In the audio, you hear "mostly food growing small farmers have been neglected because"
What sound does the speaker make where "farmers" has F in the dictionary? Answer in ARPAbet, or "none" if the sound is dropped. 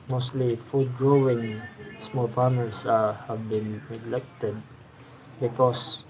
P